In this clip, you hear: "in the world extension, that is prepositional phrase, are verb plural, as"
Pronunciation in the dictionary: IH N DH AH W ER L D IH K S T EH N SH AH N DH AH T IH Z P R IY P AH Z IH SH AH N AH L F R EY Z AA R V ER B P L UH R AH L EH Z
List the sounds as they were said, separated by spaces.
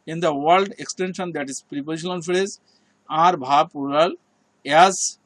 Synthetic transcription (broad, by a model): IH N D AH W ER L D IH K S T EH N SH AH N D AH T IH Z P R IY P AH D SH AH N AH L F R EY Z AA R B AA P UW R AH L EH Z